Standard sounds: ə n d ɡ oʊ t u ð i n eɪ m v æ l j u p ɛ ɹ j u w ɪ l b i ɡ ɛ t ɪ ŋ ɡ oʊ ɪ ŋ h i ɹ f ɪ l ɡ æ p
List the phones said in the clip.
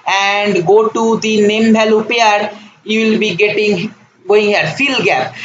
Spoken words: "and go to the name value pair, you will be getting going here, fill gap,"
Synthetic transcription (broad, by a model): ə n d ɡ oʊ t u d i n eɪ m b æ l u p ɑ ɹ j u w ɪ l b i ɡ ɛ t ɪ ŋ ɡ oʊ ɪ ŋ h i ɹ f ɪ l ɡ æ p